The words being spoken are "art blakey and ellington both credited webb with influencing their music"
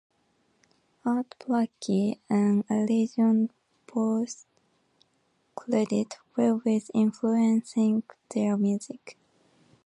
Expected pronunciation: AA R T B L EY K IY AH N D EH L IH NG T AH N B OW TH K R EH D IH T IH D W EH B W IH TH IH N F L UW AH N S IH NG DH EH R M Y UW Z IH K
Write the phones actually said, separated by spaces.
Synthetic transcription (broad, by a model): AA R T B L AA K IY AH N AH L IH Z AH N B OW S K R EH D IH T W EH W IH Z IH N F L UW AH N S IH NG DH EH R M Y UW Z IH K